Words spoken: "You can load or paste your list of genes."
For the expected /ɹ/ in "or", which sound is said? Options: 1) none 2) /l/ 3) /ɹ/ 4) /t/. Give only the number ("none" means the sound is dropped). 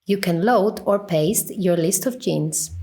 3